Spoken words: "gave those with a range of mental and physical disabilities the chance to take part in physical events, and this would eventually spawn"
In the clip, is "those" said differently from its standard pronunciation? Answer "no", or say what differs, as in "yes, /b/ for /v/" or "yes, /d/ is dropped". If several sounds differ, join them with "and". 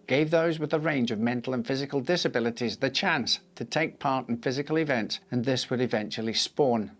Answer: no